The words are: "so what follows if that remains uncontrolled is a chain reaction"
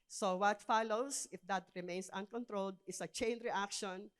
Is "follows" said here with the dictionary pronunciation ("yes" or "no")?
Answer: no